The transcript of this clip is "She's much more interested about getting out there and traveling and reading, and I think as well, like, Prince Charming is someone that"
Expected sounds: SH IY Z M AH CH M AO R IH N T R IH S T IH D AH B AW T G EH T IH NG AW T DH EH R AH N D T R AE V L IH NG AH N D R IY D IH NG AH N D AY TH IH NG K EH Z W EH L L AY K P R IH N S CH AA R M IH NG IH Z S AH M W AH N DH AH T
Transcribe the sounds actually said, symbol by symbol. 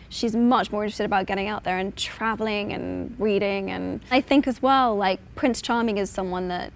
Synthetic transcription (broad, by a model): SH IY Z M AH CH M AO R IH N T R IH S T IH D AH B AW T G EH T IH NG AW T DH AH R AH N T R AE V L IH NG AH N R IY D IH NG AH N AY TH IH NG K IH Z W EH L L AY K P R IH N S CH AA R M IH NG IH Z S AH M W AH N DH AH T